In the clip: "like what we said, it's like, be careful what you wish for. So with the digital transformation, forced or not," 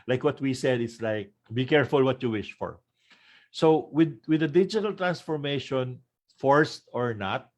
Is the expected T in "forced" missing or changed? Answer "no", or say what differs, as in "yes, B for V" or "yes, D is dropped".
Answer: no